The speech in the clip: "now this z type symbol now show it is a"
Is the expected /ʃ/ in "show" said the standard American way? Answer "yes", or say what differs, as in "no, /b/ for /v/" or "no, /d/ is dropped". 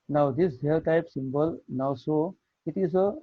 no, /s/ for /ʃ/